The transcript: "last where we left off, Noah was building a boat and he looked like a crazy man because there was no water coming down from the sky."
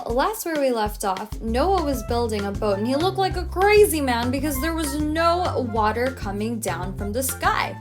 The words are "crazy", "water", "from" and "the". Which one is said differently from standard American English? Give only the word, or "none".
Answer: none